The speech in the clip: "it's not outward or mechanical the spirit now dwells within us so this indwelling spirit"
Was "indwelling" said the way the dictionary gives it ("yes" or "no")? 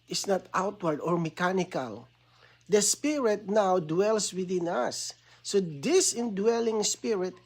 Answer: yes